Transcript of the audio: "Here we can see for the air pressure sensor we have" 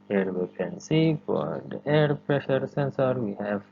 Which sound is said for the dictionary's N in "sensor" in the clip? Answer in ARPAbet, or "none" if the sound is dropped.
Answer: N